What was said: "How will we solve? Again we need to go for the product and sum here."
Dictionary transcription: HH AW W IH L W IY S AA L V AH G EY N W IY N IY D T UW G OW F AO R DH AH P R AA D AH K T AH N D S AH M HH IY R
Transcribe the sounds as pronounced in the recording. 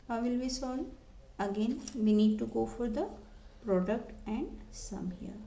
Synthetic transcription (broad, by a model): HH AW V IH L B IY S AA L AH G EY N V IY N IY D T UW G OW F AO R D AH P R AA D AH K T AH N D S AH M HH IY R